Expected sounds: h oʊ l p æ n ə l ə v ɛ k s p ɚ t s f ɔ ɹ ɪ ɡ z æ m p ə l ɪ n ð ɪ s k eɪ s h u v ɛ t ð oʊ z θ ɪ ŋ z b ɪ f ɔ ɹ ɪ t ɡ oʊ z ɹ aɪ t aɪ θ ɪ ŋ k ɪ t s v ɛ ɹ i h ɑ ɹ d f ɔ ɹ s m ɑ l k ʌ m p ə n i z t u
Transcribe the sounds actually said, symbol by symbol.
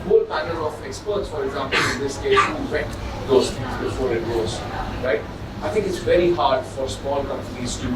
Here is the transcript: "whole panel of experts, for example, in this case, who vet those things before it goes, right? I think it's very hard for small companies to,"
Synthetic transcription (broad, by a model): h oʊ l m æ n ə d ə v ɛ k s p ɚ t s f ɔ ɹ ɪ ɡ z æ m p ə l ɪ n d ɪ s k eɪ s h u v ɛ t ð oʊ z f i z b ɪ f ɔ ɹ ɪ t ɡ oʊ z ɹ aɪ t aɪ t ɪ ŋ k ɪ t s v ɛ ɹ i h ɑ ɹ d f ɔ ɹ s m ɑ l k ʌ m p ə n i z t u